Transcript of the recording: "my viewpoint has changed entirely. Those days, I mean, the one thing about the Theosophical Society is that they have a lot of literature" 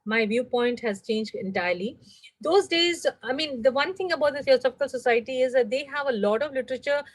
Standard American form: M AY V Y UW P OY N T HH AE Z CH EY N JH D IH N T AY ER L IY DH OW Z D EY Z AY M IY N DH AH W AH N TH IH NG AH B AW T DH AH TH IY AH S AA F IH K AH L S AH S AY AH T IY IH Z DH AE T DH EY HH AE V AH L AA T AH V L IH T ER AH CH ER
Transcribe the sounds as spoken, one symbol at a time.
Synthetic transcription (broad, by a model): M AY V Y UW P OY N T HH AE Z CH EY N JH D IH N T AY ER L IY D OW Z D EY Z AY M IY N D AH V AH N T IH NG AH B AW T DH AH S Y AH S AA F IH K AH L S AH S AY AH T IY IH Z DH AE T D EY HH AE V AH L AA T AH V L IH T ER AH CH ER